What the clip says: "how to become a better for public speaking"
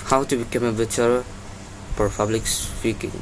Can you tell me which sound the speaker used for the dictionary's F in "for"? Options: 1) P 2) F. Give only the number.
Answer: 1